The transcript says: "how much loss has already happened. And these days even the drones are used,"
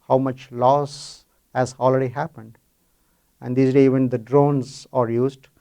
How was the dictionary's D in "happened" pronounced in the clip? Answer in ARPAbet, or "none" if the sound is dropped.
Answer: D